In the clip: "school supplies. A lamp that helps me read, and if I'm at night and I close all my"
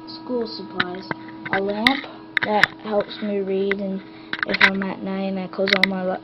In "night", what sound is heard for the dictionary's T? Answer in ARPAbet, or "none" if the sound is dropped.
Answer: none